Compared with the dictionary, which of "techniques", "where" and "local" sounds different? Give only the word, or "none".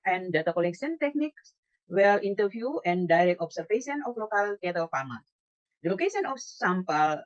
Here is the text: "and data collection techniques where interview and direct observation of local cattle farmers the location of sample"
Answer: where